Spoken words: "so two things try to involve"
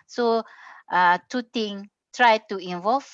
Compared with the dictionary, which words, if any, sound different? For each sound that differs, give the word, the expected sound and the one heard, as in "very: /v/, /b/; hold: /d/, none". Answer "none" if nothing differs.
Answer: things: /θ/, /t/; things: /z/, none